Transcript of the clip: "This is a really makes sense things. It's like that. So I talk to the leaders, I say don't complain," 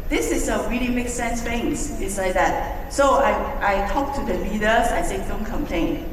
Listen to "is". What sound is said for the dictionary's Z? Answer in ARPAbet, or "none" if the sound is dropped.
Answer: S